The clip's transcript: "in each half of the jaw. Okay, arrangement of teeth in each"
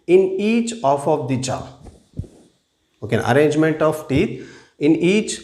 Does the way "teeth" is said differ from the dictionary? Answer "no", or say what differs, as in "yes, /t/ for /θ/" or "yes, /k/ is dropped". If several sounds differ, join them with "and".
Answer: yes, /t/ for /θ/